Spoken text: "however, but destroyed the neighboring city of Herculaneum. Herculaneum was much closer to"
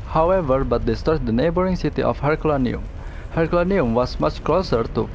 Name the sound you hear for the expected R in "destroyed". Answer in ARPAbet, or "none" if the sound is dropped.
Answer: none